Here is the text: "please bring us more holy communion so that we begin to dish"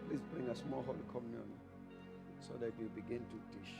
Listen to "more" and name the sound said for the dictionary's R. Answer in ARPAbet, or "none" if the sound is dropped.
L